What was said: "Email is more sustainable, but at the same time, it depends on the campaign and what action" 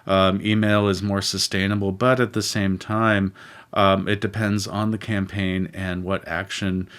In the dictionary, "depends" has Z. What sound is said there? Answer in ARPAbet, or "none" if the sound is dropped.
Z